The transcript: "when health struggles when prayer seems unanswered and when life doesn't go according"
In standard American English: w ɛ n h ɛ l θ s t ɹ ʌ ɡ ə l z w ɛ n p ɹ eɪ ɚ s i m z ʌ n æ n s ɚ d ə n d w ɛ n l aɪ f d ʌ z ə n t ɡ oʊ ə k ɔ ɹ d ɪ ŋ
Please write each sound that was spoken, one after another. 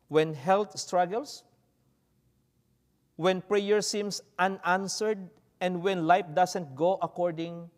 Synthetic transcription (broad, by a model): w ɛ n h ɛ l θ s t ɹ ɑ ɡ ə l s w ɛ n p ɹ eɪ ɚ s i m s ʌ n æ n s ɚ d ə n d w ɛ n l aɪ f d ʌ s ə n t ɡ oʊ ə k ɔ ɹ d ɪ ŋ